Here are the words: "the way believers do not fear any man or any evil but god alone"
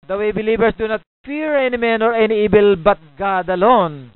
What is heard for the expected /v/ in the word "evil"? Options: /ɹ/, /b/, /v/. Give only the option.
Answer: /b/